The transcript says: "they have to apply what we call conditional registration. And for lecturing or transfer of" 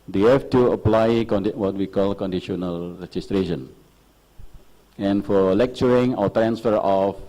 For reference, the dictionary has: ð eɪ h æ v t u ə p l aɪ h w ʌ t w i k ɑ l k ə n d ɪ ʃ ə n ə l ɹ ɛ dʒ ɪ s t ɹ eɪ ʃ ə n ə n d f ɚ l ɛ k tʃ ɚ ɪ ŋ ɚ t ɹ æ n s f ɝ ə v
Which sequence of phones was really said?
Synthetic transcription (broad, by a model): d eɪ h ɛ f t u ə p l aɪ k w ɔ t w i k ɑ l k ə n d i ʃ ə n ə l ɹ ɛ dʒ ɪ s t ɹ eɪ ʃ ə n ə n f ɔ l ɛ k tʃ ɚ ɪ ŋ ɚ t ɹ æ n s f ɝ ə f